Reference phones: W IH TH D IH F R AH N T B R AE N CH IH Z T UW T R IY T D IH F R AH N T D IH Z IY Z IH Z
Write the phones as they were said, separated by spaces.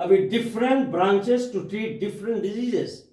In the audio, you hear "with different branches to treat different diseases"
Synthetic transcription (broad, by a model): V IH D IH F R AH N T B R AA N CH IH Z T UW T R IY T D IH F R AH N T D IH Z IY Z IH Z